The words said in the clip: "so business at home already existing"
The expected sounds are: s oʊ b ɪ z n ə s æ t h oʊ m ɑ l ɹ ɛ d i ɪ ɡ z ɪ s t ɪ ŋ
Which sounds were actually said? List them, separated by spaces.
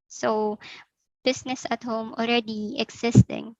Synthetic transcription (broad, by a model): s oʊ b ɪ s n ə s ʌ t h oʊ m ɑ l ɹ ɛ d i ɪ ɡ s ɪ s t ɪ ŋ